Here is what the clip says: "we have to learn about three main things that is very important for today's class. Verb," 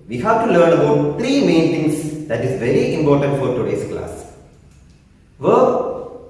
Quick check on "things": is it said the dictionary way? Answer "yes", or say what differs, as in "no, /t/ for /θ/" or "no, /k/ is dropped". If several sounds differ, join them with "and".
no, /t/ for /θ/